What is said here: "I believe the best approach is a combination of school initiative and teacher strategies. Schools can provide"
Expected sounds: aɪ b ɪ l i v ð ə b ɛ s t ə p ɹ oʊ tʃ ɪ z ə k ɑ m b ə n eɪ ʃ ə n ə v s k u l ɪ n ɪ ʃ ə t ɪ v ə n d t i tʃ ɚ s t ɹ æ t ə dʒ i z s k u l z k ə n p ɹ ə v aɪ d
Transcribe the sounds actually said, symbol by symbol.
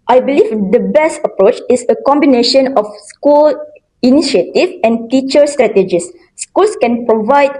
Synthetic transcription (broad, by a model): aɪ b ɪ l i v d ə b ɛ s t ə p ɹ oʊ tʃ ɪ s ə k ɑ m b ə n eɪ ʃ ə n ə f s k u l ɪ n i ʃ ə t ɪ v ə n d t i tʃ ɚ s t ɹ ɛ t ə dʒ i s k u l s k ə n p ɹ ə v aɪ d